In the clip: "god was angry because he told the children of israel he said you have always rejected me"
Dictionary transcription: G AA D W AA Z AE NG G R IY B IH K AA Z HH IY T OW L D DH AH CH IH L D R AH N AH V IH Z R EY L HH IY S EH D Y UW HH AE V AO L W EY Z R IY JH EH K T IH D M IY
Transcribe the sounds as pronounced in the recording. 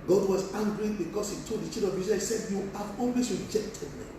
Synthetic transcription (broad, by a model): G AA D W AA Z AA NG G R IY B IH K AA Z HH IY T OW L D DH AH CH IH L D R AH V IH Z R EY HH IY S EH D Y UW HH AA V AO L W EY S R IY JH EH K T IH D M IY